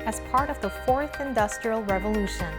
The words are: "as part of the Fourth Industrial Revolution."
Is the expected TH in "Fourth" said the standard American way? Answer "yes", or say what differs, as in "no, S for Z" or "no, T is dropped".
yes